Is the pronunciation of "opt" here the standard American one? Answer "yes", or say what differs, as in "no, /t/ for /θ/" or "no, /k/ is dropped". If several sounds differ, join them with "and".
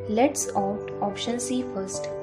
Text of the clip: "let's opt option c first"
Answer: no, /p/ is dropped